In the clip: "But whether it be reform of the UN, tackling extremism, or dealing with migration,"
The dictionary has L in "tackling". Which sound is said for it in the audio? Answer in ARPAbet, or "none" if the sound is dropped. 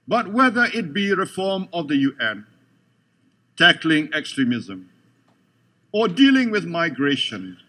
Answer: L